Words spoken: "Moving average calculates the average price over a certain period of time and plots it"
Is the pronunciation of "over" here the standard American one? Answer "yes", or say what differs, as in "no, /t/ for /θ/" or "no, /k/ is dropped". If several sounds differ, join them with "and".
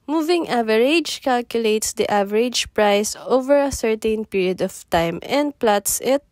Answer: yes